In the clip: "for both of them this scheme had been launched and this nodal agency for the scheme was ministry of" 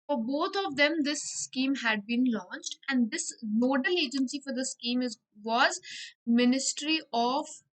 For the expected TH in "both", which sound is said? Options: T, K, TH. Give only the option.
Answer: T